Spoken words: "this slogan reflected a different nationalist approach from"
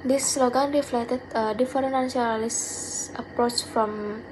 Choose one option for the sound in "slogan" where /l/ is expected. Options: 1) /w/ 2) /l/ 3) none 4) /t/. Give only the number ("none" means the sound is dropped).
2